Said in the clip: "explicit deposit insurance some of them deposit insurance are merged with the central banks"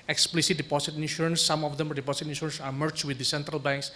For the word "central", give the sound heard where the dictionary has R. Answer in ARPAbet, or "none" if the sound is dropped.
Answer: R